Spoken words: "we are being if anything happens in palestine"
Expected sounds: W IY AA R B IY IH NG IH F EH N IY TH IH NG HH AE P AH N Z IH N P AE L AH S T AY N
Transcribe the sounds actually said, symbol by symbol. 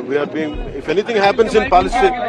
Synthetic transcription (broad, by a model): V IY AA R B IY IH NG IH F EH N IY T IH NG HH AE P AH N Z IH N P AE L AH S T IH